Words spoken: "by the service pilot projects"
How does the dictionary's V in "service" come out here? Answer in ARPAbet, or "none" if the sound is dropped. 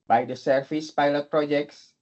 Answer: F